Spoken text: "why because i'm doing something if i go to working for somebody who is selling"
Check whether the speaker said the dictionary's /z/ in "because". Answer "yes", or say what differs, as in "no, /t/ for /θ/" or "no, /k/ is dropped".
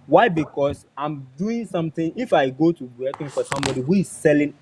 no, /s/ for /z/